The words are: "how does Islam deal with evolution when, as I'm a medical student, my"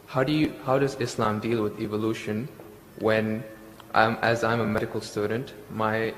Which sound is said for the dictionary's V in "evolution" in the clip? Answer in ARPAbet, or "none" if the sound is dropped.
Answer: V